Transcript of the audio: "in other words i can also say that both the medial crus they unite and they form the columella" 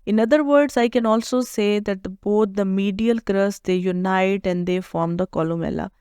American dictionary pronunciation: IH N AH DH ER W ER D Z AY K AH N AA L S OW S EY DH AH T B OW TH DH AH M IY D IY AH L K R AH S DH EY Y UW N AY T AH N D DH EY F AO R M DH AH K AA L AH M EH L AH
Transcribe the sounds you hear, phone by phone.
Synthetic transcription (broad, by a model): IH N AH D ER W ER D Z AY K AH N AA L S OW S EY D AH T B OW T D AH M IY D IY AH L K R AH S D EY Y UW N AY T AH N D EY F AO R M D AH K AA L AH M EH L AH